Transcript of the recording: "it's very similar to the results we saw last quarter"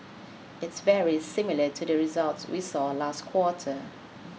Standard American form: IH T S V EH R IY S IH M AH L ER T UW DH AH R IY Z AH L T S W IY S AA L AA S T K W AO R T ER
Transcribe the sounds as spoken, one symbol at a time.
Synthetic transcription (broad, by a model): IH T S V EH R IY S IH M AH L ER T UW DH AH R IY Z AH L T S W IY S AA L AA S T K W AO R T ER